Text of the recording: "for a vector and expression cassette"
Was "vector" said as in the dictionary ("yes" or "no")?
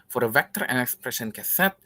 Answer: yes